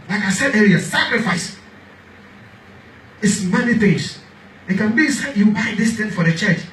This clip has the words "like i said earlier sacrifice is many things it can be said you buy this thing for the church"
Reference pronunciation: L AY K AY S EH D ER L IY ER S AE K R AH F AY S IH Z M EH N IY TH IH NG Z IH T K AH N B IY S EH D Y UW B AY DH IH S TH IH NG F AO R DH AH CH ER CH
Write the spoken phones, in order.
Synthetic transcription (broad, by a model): L AY K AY S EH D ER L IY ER S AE K R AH F AY S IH S M EH N IY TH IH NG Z IH T K AH N B IY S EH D Y UW B AY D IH S T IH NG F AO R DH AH CH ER CH